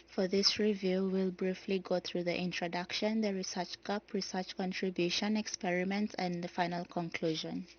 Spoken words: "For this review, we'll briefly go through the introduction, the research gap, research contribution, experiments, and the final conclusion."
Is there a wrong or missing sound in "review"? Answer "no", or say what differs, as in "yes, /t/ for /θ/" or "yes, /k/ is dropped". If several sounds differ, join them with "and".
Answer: no